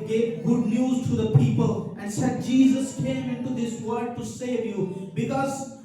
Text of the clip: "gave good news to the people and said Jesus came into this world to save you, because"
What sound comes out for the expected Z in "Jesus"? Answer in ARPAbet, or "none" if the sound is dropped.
Z